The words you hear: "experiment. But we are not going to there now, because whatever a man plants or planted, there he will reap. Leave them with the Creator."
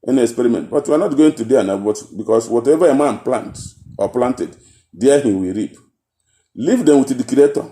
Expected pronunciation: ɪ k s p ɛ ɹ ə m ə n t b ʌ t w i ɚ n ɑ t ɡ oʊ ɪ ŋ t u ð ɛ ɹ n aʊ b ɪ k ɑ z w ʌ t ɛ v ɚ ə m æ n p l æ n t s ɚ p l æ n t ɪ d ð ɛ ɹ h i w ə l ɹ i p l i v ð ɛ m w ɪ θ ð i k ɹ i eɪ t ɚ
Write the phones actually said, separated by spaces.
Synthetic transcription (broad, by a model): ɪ k s p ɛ ɹ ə m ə n t b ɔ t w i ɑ n ɑ t ɡ oʊ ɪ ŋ t u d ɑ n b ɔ b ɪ k ɑ s w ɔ t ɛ v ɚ ə m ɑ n p l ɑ n t ɔ p l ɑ n t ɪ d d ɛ h i w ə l ɹ i p l i v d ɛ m w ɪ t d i k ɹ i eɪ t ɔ